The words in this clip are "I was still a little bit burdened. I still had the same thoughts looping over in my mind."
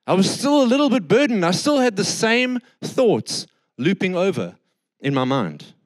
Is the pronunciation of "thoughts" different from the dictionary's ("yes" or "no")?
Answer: no